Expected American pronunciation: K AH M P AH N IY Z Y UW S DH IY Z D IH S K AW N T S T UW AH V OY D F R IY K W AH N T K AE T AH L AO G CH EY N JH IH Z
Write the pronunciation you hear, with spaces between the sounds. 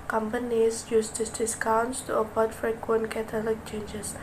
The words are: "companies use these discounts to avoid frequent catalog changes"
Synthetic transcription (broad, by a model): K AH M P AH N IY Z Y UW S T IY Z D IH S K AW N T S T UW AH P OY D F R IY K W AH N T K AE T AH L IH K CH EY N JH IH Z